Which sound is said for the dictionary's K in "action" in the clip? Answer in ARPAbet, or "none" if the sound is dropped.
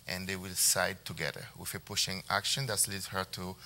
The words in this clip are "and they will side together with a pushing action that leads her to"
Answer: K